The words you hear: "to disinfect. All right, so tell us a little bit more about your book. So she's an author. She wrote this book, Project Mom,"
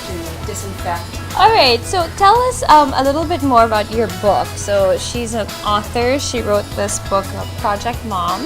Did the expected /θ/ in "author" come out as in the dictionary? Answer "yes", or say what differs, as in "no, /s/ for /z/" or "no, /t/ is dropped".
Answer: yes